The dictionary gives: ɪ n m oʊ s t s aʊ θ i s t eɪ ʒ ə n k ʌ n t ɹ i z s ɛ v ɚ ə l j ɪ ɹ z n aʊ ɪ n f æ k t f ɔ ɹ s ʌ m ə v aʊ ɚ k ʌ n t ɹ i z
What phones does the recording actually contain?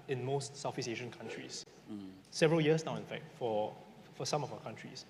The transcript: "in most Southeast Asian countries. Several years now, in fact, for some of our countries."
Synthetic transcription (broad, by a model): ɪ n m oʊ s t s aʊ f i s eɪ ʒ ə n k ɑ n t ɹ i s s ɛ v ɚ ə l j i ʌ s n aʊ ɪ n f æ k t f ɔ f s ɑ m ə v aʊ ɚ k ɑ n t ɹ i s